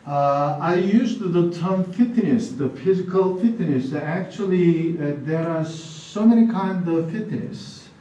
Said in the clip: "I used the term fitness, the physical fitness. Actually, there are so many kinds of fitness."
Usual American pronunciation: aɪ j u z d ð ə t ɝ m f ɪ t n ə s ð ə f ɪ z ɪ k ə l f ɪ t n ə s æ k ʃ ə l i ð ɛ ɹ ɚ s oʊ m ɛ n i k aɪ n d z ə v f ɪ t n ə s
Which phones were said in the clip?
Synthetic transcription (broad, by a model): aɪ j u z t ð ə t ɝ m f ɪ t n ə s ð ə f ɪ z ɪ k ə l f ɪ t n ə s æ k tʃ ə l i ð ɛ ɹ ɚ s oʊ m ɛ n i k aɪ n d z ə v f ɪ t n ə s